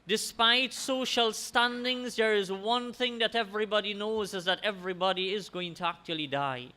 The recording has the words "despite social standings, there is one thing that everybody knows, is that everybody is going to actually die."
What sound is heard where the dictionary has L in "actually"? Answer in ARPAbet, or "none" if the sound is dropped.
L